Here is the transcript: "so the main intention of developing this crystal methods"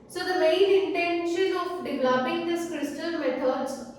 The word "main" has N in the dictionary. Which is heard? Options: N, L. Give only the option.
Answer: L